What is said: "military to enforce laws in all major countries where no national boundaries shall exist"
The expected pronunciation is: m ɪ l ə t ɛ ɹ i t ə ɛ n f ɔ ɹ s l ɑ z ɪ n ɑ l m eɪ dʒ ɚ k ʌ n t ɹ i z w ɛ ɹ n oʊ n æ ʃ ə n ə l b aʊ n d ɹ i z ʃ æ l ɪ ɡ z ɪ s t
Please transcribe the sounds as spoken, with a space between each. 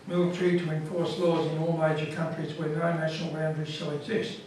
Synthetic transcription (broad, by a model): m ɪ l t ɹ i t ə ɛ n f ɔ ɹ s l ɑ z ɪ n ɑ l m eɪ dʒ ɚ k ʌ n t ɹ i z w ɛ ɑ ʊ n æ ʃ ə n ə l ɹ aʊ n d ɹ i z ʃ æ l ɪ ɡ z ɪ s t